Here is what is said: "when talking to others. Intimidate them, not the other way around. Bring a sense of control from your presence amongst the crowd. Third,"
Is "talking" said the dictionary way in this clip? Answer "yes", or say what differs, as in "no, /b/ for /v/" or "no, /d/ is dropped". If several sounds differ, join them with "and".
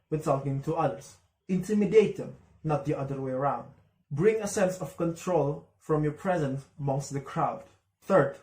no, /s/ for /t/